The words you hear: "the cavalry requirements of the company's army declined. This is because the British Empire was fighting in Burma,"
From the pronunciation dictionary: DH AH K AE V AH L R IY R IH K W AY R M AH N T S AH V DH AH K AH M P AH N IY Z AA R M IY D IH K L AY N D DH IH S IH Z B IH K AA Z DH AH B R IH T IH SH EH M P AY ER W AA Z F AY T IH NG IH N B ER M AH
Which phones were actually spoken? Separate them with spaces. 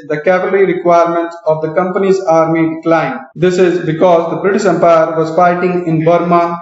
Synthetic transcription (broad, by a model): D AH K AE P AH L R IY R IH K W AY R M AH N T S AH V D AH K AH M P AH N IY Z AA R M IY D IH K L AY N D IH S IH Z B IH K AA Z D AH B R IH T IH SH EH M P AY ER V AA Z F AY T IH NG IH N B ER M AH